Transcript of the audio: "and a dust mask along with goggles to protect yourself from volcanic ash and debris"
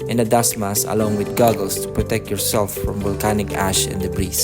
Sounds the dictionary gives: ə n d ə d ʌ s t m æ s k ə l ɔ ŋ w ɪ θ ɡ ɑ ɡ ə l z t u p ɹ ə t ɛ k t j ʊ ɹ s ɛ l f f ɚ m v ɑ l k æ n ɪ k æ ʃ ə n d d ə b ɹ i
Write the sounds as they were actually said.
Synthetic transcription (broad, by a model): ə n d ə d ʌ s m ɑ s ə l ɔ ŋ w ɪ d ɡ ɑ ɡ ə l s t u p ɹ ə t ɛ k t j ʊ ɹ s ɛ l f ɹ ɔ m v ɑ l k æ n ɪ k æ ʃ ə n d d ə b ɹ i